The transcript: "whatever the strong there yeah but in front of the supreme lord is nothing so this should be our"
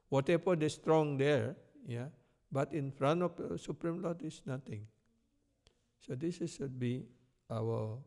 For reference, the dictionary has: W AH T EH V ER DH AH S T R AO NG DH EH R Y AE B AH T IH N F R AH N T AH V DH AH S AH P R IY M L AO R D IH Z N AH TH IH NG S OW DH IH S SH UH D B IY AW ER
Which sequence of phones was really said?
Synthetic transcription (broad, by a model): W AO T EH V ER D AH S T R AO NG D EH R Y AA B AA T IH N F R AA N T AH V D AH S AH P R IY M L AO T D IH S N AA T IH NG S OW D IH S S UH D B IY AW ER